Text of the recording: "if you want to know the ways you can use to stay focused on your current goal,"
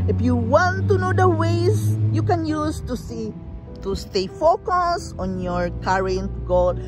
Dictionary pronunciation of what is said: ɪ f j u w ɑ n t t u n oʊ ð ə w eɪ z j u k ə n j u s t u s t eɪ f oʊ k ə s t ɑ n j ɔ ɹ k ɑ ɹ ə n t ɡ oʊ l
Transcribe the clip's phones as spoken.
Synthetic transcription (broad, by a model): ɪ f j u w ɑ n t t u n oʊ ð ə w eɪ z j u k ə n j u s t u s t eɪ f oʊ k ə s ɑ n j ɔ ɹ k ɑ ɹ ə n t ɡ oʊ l